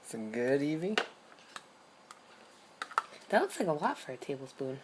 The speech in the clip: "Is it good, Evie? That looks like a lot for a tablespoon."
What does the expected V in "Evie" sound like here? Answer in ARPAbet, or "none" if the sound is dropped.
V